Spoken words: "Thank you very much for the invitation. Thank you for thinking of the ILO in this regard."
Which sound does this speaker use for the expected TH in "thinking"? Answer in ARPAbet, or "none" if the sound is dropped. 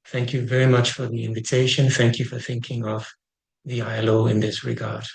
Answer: TH